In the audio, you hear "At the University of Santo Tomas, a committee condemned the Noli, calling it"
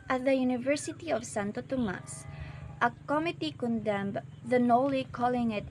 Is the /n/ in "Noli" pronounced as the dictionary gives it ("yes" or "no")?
yes